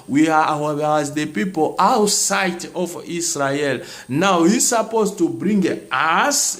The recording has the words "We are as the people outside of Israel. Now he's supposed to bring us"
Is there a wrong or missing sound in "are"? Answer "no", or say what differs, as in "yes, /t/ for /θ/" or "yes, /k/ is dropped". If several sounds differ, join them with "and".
yes, /w/ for /ɹ/